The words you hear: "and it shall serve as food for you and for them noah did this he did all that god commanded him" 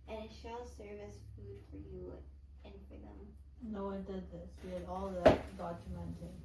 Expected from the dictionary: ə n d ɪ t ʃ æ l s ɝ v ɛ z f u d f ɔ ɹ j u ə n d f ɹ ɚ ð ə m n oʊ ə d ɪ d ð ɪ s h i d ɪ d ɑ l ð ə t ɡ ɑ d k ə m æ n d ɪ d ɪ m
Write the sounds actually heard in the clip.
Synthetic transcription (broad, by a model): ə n ɪ t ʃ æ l s ɝ v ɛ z f u d f ɔ ɹ j u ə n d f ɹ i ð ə m n oʊ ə d ɪ d ð ɪ s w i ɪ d ɑ l ð ə t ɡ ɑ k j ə m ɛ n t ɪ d